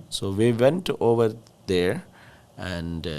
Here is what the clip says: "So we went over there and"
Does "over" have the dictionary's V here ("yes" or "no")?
yes